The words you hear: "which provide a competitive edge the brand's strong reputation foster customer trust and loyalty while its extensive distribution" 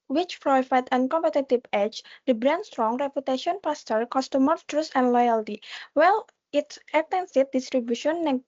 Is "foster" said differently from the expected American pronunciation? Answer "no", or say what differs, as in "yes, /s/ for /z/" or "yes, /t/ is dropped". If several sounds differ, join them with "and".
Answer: yes, /p/ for /f/